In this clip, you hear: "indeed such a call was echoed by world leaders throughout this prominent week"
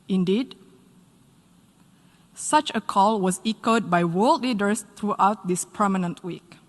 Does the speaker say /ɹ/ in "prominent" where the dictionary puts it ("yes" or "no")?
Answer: no